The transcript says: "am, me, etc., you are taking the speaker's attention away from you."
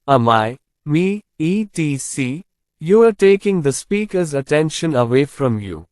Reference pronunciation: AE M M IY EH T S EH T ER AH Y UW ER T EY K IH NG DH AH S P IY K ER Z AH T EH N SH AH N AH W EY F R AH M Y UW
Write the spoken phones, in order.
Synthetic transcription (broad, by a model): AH M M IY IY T IY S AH Y UW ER T EY K IH NG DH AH S P IY K ER Z AH T EH N SH AH N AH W EY F R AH M Y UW